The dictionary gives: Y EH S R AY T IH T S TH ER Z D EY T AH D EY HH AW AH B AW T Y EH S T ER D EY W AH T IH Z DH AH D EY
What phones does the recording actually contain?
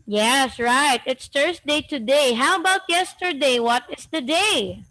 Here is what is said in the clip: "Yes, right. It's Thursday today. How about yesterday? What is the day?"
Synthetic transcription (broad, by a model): Y EH S R AY T IH T S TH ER S D EY T AH D EY HH AW AH B AW T Y EH S T ER D EY W AH T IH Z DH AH D EY